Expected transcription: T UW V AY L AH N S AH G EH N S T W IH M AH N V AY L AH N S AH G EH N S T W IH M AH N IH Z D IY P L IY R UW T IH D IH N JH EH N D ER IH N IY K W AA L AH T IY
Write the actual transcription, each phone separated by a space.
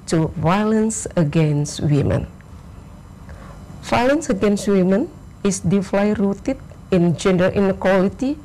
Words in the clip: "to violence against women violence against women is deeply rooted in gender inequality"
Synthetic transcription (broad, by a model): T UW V AY L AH N S AH G EH N S T W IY M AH N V AY L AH N S AH G EH N S T W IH M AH N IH S D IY F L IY R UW T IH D IH N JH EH N D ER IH N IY K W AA L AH T IY